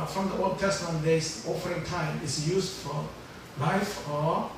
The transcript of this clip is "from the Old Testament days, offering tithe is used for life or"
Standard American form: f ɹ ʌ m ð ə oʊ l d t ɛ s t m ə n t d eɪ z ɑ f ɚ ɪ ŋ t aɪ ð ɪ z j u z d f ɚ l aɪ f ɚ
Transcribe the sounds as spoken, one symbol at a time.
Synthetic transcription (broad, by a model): f ɹ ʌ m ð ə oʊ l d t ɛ s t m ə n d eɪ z ɑ f ɚ ɪ ŋ t aɪ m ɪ s j u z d f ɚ l aɪ f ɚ